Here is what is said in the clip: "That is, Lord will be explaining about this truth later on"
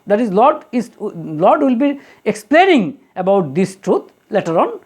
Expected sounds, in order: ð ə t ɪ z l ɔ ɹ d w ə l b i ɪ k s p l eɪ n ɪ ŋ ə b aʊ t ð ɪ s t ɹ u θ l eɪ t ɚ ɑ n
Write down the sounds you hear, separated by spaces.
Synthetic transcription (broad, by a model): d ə t ɪ z l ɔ l d w ə l b i ɪ k s p l eɪ n ɪ ŋ ə b aʊ t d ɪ s t ɹ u t l eɪ t ɚ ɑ n